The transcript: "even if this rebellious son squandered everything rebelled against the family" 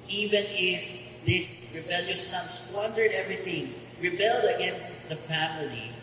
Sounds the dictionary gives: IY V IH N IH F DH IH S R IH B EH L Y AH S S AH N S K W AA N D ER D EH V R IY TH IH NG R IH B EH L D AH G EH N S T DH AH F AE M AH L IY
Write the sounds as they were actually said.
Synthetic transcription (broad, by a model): IY V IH N IH F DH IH S R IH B EH L Y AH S S AH N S W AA N D ER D EH V R IY TH IH NG R IH B EH L D AH G EH N S T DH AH F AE M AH L IY